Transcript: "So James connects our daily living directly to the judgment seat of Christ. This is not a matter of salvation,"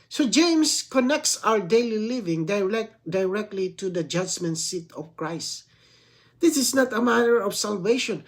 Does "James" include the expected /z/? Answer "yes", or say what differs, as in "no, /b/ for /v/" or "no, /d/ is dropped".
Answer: no, /s/ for /z/